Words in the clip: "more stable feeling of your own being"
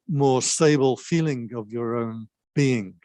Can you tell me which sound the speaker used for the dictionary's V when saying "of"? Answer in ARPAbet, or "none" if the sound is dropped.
V